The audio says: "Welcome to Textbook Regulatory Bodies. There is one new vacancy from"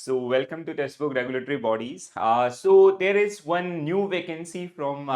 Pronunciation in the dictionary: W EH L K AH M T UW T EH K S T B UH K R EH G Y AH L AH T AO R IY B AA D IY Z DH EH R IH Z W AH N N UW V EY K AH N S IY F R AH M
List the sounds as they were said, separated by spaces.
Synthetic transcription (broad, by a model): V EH L K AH M T UW T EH S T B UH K R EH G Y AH L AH T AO R IY B AA D IY Z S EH R IH Z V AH N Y UW V EY K AH N S IY F R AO M